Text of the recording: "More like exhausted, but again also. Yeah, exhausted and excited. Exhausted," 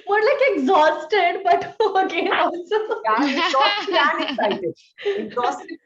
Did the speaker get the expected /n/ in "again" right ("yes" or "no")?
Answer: no